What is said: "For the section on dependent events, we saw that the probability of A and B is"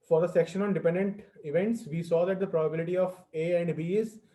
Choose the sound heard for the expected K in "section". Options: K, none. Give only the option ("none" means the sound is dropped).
K